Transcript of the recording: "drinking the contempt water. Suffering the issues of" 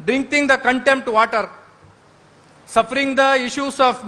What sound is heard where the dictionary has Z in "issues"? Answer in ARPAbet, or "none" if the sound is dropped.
S